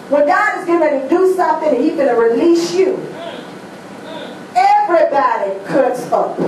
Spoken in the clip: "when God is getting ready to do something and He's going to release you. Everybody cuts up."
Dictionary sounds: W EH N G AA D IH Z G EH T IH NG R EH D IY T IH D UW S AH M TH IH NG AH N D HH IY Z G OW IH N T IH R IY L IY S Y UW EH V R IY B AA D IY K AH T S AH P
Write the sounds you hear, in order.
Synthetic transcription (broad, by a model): W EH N G AA D IH Z G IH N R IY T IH D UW S AH M TH IH NG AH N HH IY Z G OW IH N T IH R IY L IY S Y UW EH V R IY B AA D IY K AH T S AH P